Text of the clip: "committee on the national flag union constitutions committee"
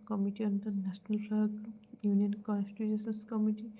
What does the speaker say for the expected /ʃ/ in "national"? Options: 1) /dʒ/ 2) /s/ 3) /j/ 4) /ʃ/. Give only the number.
2